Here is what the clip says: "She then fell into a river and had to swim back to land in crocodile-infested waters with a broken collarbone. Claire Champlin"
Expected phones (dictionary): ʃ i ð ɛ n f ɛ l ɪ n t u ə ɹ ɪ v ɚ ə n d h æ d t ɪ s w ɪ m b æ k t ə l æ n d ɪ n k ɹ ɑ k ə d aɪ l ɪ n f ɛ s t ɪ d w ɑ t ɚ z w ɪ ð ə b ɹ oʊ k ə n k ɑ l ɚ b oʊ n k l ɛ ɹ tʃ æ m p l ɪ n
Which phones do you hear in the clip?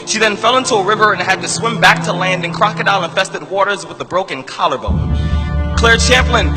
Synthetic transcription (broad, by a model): ʃ i ð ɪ n f ɛ l ɪ n t u ə ɹ ɪ v ɚ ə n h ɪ d t ɪ s w ɪ m b æ k t ə l æ n d ɪ n k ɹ ɑ k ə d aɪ n ɪ n f ɛ s t ɪ d w ɑ t ɚ z w ɪ ð ə b ɹ oʊ k ə n k ɑ l ɚ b oʊ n k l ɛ ɹ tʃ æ m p l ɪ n